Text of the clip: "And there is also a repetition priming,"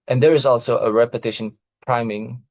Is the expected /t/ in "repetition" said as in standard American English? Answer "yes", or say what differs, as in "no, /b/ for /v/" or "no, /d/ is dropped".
yes